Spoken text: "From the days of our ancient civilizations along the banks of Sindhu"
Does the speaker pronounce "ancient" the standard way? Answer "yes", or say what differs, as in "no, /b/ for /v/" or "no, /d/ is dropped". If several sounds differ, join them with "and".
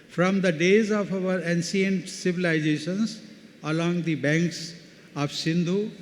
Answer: no, /s/ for /ʃ/